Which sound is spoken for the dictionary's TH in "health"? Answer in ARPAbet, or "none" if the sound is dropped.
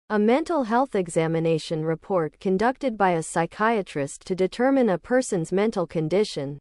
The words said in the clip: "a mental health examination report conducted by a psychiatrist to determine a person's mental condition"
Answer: TH